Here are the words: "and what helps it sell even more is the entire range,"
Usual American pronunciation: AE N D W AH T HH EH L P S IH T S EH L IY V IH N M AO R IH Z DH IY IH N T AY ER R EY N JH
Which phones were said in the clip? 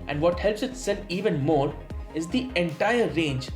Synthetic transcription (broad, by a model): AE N D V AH T HH EH L P S IH T S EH N IY V IH N M AO R IH Z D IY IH N T AY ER R EY N JH